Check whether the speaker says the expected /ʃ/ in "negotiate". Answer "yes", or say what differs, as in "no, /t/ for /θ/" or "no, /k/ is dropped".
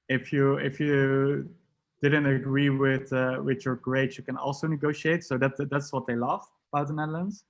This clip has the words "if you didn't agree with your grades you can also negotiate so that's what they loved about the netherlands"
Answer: yes